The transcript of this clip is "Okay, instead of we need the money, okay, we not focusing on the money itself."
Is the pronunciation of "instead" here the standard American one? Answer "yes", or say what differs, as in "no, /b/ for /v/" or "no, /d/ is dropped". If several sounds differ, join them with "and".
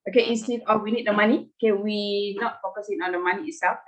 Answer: no, /n/ is dropped